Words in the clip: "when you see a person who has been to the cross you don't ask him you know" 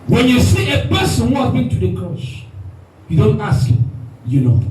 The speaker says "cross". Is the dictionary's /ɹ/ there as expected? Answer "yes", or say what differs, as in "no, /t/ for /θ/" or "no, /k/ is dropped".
no, /ɹ/ is dropped